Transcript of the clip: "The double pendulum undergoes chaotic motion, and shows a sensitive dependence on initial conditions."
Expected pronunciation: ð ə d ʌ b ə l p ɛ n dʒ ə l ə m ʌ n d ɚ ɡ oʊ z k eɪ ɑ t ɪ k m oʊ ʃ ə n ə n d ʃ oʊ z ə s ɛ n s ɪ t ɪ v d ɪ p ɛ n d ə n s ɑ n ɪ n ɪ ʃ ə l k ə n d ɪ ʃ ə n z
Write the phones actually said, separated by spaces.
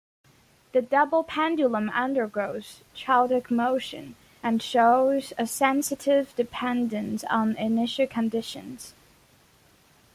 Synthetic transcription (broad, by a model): ð ə d ʌ b l p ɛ n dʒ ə l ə m ʌ n d ɚ ɡ oʊ z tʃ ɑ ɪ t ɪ k m oʊ ʃ ə n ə n ʃ oʊ z ə s ɛ n s ɪ t ɪ v d ɪ p ɛ n d ə n s n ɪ n ɪ ʃ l k ə n d ɪ ʃ ə n z